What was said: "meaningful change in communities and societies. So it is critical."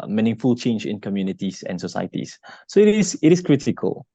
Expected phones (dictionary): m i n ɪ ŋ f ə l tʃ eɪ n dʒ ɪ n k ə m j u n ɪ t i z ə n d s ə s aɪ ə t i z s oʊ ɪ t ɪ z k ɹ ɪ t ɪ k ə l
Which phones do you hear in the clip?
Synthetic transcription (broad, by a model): m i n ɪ ŋ f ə l tʃ eɪ n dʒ ɪ n k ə m j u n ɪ t i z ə n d s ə s aɪ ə t i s s oʊ ɪ t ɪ s k ɹ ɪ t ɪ k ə l